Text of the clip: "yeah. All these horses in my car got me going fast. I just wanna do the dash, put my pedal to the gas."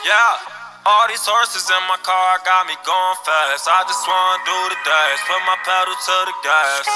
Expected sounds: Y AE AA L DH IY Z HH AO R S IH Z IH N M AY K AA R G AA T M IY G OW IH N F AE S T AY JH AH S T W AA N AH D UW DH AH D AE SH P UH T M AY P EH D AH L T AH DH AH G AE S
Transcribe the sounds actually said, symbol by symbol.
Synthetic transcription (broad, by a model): Y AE AA L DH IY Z HH AO R S IH Z IH N M AY K AA R G AA T M IY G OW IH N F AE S AY JH AH S T W AA N AH D UW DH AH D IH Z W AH M AY P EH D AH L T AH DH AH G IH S